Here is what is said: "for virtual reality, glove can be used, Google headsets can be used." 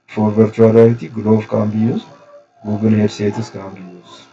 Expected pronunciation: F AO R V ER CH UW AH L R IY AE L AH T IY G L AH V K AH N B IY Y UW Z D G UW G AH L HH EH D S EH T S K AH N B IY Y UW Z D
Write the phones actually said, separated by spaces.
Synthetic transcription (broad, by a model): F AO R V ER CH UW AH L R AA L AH T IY G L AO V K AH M B IY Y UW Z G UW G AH N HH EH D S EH T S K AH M B IY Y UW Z